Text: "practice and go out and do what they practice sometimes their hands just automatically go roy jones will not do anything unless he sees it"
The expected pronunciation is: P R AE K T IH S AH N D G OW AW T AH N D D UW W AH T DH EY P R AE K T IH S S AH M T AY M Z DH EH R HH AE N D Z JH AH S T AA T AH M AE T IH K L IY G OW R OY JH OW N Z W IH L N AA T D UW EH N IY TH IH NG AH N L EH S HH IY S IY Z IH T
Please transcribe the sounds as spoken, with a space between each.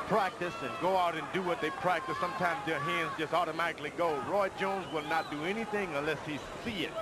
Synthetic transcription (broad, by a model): P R AE K T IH S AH N G OW AW T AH N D D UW W AH T DH EY P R AE K T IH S S AH M T AY M Z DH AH R HH AE N D Z JH AH S T AA T AH M AE T IH K L IY G OW R OY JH OW N Z W IH L N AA T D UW EH N IY TH IH NG AH N L EH S HH IY S IY IH T